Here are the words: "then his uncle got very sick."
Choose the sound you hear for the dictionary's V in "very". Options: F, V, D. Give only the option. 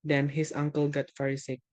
F